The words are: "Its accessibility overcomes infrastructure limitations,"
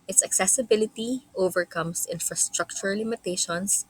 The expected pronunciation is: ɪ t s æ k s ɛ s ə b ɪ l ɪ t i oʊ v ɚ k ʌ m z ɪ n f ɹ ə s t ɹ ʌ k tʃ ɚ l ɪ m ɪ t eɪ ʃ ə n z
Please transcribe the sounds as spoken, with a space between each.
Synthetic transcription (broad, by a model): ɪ t s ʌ k s ɛ s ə b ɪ l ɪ t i oʊ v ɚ k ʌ m s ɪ n f ɹ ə s t ɹ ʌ k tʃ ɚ l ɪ m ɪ t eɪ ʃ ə n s